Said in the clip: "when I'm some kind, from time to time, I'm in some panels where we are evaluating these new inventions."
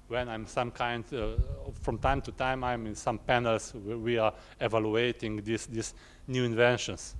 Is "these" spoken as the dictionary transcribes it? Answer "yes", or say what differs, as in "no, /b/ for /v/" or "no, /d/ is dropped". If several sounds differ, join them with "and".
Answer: no, /s/ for /z/